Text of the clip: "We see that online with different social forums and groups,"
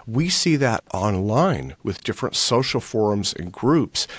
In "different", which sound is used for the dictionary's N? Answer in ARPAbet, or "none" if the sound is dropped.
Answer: N